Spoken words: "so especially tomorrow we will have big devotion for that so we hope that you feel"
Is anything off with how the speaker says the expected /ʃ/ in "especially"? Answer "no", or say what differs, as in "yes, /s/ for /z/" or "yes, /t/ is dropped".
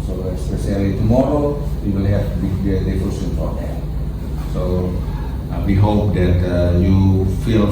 yes, /s/ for /ʃ/